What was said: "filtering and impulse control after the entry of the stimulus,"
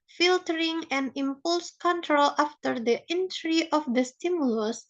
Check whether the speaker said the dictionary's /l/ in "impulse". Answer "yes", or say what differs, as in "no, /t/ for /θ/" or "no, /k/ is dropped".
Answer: yes